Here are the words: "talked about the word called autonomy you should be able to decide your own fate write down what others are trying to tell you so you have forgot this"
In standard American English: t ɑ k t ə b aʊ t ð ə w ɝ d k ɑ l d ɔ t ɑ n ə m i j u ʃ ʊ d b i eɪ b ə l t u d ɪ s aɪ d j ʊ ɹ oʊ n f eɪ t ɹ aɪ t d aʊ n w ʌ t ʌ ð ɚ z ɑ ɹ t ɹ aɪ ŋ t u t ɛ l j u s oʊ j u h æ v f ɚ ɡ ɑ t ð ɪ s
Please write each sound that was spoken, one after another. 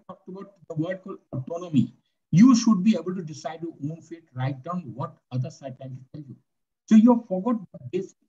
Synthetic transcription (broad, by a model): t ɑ k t ə b aʊ t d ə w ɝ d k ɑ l ɔ t ɑ n ə m i j u ʃ ʊ d b i eɪ b ə l t u d ɪ s aɪ d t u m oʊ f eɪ t ɹ aɪ t d aʊ n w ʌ t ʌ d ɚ s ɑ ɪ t aɪ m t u t ɛ l j u s oʊ j u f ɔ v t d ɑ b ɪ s